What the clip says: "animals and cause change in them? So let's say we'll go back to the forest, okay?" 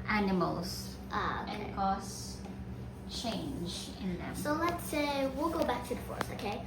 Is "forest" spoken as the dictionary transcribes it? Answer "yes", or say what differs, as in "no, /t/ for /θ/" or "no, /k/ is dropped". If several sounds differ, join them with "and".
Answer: no, /t/ is dropped